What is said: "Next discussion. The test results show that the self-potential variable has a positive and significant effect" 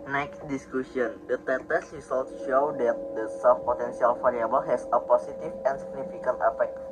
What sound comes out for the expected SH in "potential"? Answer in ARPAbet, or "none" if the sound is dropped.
S